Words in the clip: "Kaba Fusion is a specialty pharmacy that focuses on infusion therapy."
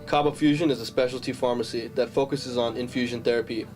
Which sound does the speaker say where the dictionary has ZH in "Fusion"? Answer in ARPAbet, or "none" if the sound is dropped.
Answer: ZH